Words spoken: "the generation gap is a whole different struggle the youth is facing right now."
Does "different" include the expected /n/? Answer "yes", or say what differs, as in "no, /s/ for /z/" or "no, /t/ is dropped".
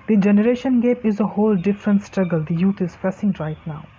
yes